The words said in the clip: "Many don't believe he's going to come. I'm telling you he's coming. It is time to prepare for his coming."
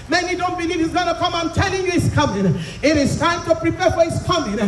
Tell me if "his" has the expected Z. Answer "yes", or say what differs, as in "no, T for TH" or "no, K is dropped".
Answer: no, S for Z